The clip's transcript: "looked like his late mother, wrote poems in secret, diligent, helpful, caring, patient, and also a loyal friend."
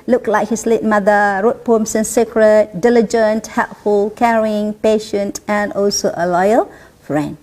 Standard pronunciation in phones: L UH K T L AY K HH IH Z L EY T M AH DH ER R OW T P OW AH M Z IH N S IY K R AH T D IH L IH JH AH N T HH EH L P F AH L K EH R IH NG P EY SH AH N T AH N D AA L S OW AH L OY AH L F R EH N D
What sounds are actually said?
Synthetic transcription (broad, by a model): L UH K L AY K HH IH S L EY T M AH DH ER R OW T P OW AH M S IH N S IY K R AH T D IH L IH JH AH N T HH EH L P F AH L K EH R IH NG P EY SH AH N T AH N D AA L S OW AH L OY AH L F R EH N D